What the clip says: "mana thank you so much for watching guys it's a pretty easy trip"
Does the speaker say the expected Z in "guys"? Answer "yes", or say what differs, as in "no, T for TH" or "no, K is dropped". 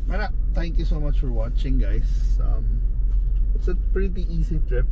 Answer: no, S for Z